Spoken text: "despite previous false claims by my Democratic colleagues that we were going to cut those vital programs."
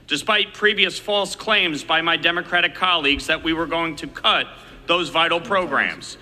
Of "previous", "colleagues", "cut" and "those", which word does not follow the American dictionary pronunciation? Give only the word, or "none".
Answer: none